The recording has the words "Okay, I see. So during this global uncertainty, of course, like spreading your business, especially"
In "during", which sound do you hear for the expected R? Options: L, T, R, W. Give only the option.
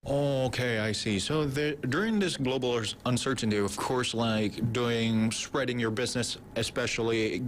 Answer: R